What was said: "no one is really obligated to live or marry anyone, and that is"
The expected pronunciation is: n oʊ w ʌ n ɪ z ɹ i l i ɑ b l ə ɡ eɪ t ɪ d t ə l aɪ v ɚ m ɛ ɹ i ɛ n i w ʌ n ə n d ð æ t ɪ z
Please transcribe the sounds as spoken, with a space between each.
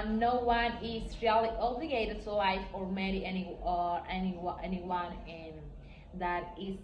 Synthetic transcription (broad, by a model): n oʊ w ʌ n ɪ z ɹ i l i ɑ b l ə ɡ eɪ t ɪ d t ə l aɪ f ɚ m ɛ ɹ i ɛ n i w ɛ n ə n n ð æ t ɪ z